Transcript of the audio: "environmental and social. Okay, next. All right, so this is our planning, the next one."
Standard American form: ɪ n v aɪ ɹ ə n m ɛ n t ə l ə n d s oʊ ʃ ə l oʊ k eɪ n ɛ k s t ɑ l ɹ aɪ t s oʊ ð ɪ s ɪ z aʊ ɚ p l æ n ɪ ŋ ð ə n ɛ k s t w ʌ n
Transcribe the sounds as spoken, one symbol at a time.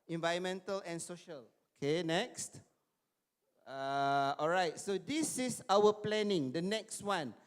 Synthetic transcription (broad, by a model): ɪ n v aɪ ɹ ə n m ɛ n t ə l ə n s oʊ ʃ ə l oʊ k eɪ n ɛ k s t ɑ l ɹ aɪ t s oʊ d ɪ s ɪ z aʊ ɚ p l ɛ n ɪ ŋ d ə n ɛ k s t w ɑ n